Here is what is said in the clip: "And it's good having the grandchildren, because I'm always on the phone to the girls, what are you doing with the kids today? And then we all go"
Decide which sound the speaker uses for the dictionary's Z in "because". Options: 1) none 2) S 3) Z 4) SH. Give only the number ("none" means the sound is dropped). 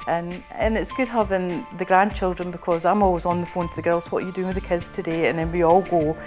3